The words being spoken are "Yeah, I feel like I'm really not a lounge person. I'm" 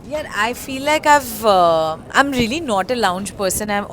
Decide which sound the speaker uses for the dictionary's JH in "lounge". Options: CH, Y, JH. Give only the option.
JH